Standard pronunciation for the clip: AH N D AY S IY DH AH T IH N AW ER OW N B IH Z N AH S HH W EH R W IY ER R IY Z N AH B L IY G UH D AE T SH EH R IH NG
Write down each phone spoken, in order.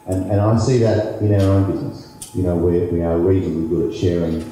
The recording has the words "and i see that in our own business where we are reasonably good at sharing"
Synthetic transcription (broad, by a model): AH N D AY S IY DH AH T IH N AW ER OW N B IH Z N AH S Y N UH W W IY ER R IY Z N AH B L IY G UH D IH T SH EH R IH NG